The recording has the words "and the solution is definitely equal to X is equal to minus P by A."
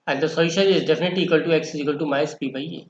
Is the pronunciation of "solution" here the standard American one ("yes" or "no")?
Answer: no